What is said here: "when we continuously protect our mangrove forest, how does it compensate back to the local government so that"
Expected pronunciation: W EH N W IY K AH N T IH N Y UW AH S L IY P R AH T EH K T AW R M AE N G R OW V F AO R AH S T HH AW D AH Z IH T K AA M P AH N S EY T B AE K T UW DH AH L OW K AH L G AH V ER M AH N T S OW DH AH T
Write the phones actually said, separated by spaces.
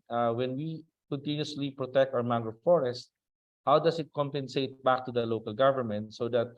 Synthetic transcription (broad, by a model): W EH N W IY K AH N T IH N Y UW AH S L IY P R AH T EH K T AW R M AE G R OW F AO R AH S T HH AW D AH S IH T K AA M P AH N S EY T B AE K T UW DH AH L OW K AH L G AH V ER M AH N T S OW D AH T